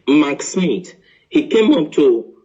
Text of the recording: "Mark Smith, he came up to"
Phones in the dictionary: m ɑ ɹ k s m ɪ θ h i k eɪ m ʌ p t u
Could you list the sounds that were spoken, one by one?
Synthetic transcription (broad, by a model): m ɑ k s m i t h i k eɪ m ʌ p t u